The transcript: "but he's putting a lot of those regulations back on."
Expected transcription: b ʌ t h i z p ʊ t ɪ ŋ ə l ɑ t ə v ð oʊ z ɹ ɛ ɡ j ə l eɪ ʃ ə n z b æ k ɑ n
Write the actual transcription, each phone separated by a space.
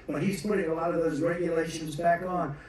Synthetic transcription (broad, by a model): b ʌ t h i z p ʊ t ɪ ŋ ə l ɑ t ə v ð oʊ z ɹ ɛ ɡ j ə l eɪ ʃ ə n z b æ k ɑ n